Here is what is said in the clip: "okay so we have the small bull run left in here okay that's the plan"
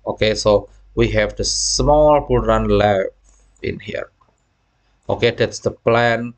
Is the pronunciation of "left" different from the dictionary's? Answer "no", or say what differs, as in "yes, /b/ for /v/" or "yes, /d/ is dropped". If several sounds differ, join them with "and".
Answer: yes, /t/ is dropped